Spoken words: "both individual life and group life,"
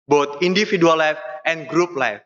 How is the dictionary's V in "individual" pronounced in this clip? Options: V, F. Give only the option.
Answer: F